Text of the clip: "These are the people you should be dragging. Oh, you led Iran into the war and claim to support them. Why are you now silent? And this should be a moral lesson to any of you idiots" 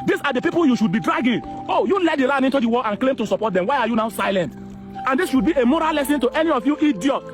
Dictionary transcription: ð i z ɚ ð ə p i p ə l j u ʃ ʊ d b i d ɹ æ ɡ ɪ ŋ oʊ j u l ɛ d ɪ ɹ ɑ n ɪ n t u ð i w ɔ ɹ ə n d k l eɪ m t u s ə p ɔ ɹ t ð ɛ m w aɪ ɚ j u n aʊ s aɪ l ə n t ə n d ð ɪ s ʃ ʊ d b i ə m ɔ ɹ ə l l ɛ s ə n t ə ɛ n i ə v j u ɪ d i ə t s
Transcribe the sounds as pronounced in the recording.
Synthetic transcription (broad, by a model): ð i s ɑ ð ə p i p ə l j u ʃ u d b i d ɹ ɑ ɡ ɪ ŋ oʊ j u l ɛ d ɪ ɹ ɑ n ɪ n t u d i w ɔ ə n k l eɪ m t u s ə p ɔ t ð ɛ m w aɪ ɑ j u n aʊ s aɪ l ə n t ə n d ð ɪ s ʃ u d b i ə m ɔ ɹ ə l l ɛ s ə n t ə ɛ n i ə f j u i d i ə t